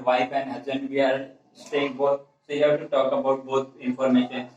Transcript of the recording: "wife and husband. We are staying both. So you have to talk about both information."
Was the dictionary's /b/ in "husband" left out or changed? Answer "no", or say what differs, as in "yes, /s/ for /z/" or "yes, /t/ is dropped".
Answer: yes, /b/ is dropped